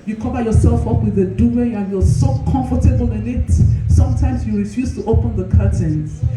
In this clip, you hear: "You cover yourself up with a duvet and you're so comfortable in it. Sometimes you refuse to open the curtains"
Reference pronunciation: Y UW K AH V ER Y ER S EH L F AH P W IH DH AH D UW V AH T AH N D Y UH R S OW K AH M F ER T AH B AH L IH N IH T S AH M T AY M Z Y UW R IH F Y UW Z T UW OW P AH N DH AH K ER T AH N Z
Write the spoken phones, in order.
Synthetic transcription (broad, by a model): Y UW K AH V ER Y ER S EH L F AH P W IH DH AH D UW AH AH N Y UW S OW K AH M F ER T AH B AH L IH N IH T S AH M T AY M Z Y UW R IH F Y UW S T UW OW P AH N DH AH K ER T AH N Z